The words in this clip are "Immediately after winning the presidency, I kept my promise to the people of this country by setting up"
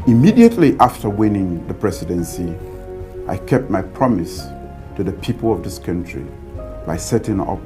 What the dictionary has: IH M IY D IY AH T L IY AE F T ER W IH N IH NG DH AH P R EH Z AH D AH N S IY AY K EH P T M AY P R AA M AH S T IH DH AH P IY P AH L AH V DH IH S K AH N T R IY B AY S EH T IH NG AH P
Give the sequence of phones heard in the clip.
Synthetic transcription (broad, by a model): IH M IY D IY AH T L IY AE F T ER W IH N IH NG DH AH P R EH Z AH D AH N S IY AY K EH P T M AY P R AA M AH S T IH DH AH P IY P AH L AH V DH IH S K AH N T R IY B AY S EH T IH NG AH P